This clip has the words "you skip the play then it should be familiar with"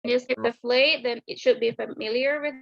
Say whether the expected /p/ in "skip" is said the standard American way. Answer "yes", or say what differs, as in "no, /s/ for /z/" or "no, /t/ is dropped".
no, /f/ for /p/